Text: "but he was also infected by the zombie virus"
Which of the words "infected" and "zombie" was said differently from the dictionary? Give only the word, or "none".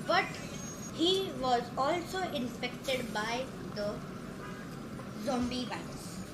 infected